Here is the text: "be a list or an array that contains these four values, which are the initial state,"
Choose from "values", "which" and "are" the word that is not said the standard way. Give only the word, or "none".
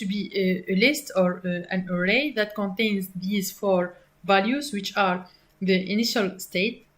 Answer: none